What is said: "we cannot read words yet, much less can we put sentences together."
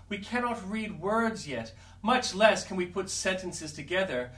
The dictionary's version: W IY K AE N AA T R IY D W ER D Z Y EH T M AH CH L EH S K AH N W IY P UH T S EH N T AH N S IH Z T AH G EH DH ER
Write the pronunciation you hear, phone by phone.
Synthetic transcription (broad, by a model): W IY K AE N AA T R IY D W ER D Z Y EH T M AH CH L EH S K AH N W IY P UH T S EH N T AH N S IH Z T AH G EH DH ER